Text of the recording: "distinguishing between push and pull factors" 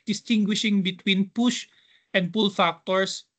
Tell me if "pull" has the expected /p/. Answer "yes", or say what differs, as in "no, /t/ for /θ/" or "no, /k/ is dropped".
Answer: yes